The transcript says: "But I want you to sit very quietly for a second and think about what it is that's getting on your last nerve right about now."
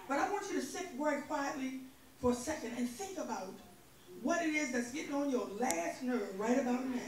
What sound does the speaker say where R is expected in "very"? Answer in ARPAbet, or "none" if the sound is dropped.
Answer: none